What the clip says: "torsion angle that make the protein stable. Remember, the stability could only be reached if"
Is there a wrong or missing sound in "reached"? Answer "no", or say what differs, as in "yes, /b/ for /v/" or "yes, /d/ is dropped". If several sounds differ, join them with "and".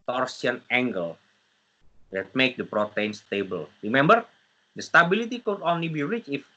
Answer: yes, /t/ is dropped